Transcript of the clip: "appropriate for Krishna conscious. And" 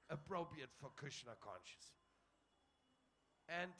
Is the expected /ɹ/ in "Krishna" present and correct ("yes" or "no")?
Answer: no